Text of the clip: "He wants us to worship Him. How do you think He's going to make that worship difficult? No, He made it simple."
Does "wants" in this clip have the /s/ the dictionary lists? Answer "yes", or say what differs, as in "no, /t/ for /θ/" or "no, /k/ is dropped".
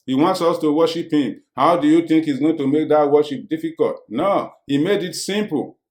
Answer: yes